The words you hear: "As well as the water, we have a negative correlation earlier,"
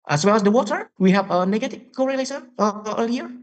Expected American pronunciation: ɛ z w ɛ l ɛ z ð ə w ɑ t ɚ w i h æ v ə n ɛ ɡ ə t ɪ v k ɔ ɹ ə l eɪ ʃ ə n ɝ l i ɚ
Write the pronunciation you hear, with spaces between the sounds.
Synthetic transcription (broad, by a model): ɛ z w ɛ l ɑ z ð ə w ɑ t ɚ w i h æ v ə n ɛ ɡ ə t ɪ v k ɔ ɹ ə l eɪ s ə ɝ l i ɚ